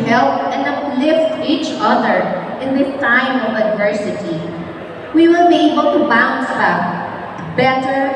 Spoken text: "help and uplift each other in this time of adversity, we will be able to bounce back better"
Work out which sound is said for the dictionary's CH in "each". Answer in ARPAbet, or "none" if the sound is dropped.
CH